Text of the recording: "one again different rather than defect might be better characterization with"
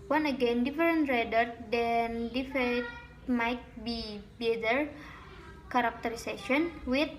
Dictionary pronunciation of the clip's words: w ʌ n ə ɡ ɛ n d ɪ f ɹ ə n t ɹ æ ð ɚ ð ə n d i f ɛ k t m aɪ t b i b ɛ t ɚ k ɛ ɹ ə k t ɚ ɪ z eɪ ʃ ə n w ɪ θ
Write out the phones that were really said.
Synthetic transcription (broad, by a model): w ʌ n ə ɡ ɛ n d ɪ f ɹ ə n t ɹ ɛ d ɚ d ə n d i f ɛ t m aɪ t b i b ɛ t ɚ k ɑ ɹ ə k t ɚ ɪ s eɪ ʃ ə n w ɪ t